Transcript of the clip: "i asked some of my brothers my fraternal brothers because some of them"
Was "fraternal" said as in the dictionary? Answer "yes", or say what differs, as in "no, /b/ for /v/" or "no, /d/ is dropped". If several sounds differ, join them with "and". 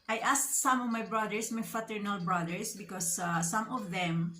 no, /ɹ/ is dropped